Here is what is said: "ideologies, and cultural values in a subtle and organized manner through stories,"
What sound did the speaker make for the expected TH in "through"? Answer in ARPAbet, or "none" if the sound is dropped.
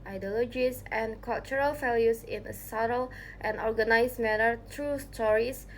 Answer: T